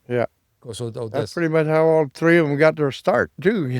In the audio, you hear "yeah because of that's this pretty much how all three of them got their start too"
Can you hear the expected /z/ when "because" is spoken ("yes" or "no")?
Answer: no